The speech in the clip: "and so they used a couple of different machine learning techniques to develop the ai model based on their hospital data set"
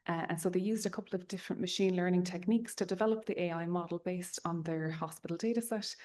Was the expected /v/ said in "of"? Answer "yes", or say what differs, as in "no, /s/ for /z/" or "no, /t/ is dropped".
yes